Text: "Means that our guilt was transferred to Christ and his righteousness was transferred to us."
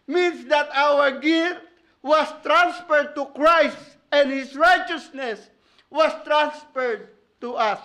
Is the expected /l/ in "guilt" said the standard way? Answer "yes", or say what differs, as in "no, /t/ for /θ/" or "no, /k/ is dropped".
no, /l/ is dropped